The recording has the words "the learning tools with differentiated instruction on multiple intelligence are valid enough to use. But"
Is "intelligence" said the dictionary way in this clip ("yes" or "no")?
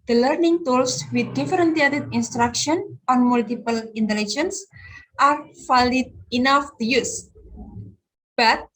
yes